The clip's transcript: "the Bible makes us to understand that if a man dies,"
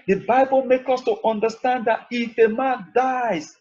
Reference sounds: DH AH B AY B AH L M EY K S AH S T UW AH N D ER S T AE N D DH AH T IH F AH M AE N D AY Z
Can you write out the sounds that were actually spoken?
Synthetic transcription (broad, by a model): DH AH B AY B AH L M EY K AH S T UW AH N D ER S T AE N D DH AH T IH F AH M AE N D AY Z